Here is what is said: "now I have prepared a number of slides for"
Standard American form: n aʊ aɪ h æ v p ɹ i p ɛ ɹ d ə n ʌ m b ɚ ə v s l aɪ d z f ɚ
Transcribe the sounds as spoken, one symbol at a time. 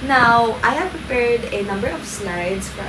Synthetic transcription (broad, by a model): n aʊ aɪ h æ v p ɹ i p ɛ ɹ d ə n ʌ m b ɚ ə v s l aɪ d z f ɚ